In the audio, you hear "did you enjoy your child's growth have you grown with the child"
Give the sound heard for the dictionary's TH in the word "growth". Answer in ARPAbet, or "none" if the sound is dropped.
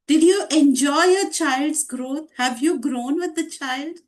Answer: T